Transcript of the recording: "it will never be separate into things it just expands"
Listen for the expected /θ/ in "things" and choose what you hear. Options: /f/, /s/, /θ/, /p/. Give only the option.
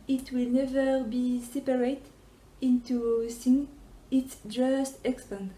/s/